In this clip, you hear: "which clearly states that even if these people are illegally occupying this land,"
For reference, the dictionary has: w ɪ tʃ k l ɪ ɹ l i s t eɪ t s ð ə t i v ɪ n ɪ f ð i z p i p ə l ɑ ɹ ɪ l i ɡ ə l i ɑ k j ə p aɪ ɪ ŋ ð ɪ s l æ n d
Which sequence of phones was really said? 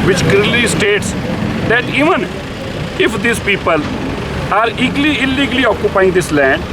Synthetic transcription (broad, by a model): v ɪ tʃ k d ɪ l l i s t eɪ t s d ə t i v ɪ n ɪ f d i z p i p ə l ɑ ɹ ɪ l i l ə l i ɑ k j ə p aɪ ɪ ŋ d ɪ s l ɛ n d